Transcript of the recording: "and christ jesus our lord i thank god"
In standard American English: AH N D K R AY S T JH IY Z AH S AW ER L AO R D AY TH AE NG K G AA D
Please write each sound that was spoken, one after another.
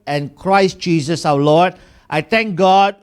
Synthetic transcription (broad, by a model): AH N K R AY S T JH IY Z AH S AW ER L AO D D AY T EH NG K G AA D